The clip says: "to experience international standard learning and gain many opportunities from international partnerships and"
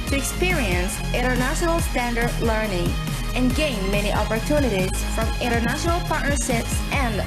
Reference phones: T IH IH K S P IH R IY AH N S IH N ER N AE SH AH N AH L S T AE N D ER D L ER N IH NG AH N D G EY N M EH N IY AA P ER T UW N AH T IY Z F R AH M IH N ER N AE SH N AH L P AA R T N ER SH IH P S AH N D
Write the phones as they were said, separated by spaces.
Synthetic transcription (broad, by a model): T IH IH K S P IH R IY AH N S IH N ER N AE SH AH N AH L S T AE N D ER D L ER N IH NG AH N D G EY N M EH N IY AA P ER T UW N AH T IY Z F R AH M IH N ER N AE SH N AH L P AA R T N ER S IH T S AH N